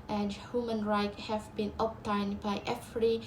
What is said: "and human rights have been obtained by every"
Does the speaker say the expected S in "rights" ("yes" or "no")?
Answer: no